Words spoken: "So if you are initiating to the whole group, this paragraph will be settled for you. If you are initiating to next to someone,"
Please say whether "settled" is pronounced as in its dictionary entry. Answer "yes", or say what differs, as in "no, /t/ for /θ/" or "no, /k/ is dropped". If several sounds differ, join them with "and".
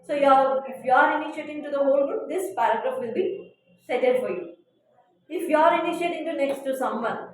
no, /l/ is dropped